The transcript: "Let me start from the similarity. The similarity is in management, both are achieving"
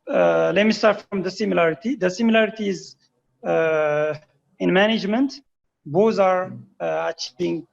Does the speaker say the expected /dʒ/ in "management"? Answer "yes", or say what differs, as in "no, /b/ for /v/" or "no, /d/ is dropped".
yes